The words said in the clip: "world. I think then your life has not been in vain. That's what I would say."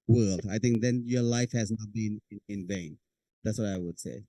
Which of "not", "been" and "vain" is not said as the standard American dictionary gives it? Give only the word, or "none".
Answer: none